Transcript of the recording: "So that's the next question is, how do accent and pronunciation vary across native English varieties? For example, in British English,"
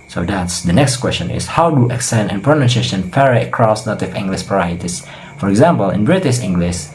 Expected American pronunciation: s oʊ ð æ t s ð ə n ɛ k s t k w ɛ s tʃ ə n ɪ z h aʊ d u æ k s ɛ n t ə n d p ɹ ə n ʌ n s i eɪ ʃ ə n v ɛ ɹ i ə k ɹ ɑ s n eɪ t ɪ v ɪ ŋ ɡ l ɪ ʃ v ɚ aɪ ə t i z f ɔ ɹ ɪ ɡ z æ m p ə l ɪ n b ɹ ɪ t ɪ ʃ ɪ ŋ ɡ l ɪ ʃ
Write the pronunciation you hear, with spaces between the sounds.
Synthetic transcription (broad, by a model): s oʊ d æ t s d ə n ɛ k s t k w ɛ s tʃ ə n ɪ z h aʊ d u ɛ k s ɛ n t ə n p ɹ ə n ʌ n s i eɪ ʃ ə n f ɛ ɹ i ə k ɹ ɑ s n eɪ t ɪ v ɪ ŋ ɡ l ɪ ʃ p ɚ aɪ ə t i s f ɔ ɹ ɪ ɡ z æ m p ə l ɪ n b ɹ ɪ t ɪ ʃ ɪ ŋ ɡ l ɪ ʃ